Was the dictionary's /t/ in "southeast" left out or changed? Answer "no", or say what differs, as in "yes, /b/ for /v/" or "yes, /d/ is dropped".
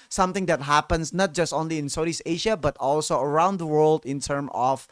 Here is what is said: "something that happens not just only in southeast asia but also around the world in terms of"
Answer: yes, /t/ is dropped